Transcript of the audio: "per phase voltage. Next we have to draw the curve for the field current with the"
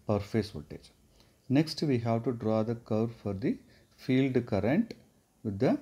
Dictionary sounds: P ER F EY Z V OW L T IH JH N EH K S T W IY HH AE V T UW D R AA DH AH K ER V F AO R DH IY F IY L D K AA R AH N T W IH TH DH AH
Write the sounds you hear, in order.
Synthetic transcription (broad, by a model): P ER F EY S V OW T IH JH N EH K S T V IY HH AE V T UW D R AA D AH K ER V F AO R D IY F IY L D K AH R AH N T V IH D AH